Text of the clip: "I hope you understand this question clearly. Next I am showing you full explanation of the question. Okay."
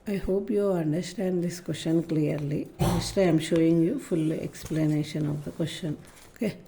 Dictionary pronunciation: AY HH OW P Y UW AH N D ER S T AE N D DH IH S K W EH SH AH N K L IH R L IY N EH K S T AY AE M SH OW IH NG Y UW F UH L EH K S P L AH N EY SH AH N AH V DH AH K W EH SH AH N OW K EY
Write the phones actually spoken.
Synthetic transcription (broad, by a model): AY HH OW P Y UW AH N D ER S T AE N D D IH S K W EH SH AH N K L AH R L IY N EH S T AY M SH OW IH NG Y UW F UH L EH K S P L AH N EY SH AH N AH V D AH K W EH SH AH N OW K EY